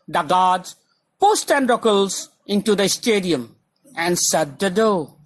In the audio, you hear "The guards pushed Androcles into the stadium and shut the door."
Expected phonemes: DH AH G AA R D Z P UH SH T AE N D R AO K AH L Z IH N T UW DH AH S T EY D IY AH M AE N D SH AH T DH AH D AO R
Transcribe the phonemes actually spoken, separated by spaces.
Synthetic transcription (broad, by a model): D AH G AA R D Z P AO S T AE N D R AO K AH L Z IH N T UW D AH S T EY D IY AH M AE N D S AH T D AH D AO